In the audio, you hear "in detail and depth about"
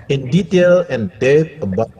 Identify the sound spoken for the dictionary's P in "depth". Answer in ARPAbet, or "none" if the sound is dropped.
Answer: none